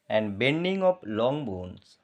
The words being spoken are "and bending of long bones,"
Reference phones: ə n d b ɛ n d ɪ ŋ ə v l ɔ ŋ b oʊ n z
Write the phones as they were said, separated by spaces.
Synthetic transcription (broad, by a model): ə n d b ɛ n d ɪ ŋ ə p l ɔ ŋ b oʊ n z